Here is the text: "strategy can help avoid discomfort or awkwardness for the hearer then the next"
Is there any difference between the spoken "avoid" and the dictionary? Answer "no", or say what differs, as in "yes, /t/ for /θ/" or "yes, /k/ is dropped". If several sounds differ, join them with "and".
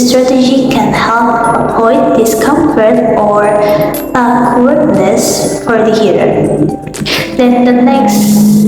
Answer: yes, /p/ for /v/